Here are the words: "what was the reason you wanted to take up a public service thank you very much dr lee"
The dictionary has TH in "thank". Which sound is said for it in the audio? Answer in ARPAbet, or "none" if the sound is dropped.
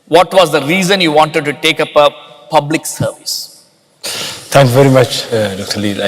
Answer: T